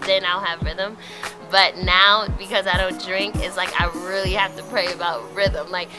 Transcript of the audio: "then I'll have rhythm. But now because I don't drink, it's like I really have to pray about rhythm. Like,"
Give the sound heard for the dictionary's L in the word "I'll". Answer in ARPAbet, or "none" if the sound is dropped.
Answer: L